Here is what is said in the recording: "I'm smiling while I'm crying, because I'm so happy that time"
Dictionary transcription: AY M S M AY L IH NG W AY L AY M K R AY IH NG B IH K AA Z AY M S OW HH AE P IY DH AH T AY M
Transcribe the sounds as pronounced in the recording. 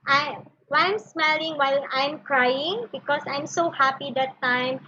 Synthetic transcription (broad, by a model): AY M S M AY L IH NG W AY L AY M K R AY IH NG B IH K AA S AY M S OW HH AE P IY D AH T AY M